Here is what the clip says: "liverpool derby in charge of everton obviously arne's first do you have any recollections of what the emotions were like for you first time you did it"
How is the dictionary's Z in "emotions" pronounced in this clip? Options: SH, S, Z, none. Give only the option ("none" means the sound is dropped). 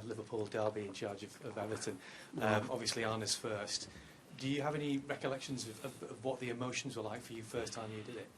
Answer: Z